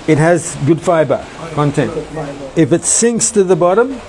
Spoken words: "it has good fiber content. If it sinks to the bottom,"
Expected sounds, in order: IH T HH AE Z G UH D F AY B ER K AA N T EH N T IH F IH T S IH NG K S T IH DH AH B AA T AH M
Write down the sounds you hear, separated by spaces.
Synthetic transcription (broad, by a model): IH T HH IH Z G UH D F AY B ER K AA N T EH N T IH F IH T S IH NG K S T IH DH AH B AA T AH M